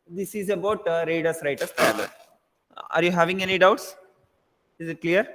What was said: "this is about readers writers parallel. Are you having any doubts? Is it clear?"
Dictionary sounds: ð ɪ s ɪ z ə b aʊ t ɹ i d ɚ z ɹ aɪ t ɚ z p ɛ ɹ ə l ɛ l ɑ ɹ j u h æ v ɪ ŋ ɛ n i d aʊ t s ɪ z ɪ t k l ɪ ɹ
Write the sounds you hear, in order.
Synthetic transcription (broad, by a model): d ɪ s ɪ z ə b aʊ t ɹ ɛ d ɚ s ɹ aɪ t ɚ s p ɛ ə ɑ ɹ j u h æ v ɪ ŋ ɛ n i d aʊ t s ɪ z ɪ t k l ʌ ɹ